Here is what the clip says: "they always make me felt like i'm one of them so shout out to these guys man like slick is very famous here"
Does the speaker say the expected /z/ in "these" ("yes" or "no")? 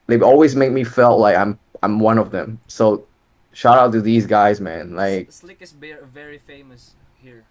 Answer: yes